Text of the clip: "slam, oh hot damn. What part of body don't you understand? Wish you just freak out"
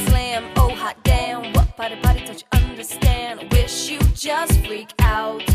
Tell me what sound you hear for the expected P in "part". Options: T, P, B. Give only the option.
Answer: B